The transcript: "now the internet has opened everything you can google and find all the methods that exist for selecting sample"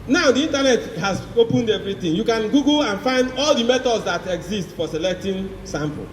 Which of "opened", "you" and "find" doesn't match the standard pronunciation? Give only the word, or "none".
none